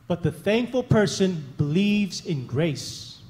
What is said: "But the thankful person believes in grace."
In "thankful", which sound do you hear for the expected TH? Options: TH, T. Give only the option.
TH